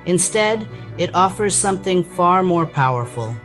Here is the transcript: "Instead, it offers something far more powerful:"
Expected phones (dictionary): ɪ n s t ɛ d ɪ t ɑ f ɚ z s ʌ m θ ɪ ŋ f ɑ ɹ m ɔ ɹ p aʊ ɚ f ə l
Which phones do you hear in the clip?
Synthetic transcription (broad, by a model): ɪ n s t ɛ d ɪ t ɑ f ɚ z s ʌ m θ ɪ ŋ f ɑ ɹ m ɔ ɹ p aʊ ɚ f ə l